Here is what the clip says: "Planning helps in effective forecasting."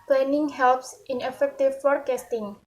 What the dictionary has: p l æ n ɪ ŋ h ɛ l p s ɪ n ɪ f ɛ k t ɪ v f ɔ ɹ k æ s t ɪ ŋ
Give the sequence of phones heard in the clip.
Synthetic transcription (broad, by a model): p l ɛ n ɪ ŋ h ɛ l p s ɪ n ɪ f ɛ k t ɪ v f ɔ ɹ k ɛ s t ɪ ŋ